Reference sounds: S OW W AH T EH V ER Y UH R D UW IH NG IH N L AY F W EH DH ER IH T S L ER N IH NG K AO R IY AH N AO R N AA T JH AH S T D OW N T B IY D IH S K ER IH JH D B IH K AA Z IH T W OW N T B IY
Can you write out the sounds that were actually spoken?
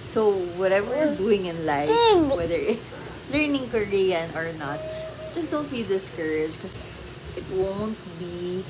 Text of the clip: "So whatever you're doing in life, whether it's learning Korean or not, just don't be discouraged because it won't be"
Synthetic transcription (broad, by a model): S OW W AH T EH V ER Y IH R D UW IH NG IH N L AY F W EH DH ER IH T S L ER N IH NG K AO R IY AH N AO R N AA T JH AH S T D OW N T B IY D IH S K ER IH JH K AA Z IH T W OW N T B IY